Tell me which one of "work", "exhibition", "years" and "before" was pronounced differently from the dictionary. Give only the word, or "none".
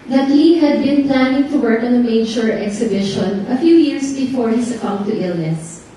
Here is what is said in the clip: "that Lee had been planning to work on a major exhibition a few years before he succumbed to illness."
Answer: years